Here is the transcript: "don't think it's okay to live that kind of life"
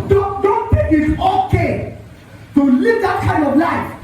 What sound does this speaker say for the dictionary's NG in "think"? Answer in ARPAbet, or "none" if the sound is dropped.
none